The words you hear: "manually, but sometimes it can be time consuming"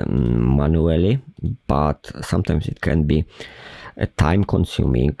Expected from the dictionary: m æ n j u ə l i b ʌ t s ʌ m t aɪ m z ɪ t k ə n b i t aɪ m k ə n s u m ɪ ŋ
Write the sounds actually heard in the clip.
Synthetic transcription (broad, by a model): m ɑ n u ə l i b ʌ t s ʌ m t aɪ m s ɪ t k ə n b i t aɪ m k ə n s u m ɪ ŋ